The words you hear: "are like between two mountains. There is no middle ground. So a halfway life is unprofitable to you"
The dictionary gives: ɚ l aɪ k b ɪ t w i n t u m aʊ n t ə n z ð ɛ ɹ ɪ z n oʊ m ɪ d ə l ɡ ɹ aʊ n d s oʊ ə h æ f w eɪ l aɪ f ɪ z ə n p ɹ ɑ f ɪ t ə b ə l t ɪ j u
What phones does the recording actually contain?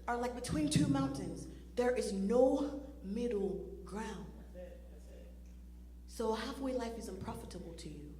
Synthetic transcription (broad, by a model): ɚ l aɪ k b ɪ t w i n t u m aʊ n t ə n z ð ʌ ɹ ɪ z n oʊ m ɪ d l ɡ ɹ aʊ n d s oʊ ə h æ f w eɪ l aɪ f ɪ z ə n p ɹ ɑ f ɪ t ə b l t ɪ j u